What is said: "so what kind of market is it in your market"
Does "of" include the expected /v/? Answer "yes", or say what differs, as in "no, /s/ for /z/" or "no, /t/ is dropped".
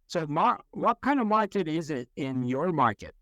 yes